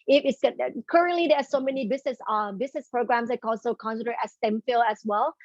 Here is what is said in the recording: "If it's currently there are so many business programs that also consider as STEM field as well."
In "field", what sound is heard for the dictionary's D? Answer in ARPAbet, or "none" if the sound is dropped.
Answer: none